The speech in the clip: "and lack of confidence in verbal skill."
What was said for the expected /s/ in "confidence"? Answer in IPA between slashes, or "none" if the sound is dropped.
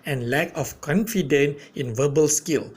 none